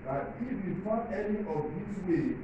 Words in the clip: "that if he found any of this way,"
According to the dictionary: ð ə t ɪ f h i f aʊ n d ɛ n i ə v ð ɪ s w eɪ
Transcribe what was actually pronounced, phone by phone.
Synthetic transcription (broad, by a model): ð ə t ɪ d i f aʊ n ɛ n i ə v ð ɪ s w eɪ